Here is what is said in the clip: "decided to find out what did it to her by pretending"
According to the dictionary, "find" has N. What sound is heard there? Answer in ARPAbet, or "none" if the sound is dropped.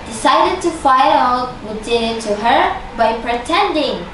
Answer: none